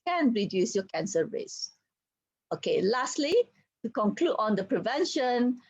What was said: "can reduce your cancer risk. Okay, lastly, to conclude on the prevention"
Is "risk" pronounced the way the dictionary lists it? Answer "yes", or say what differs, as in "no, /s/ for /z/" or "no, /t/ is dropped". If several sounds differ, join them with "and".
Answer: no, /k/ is dropped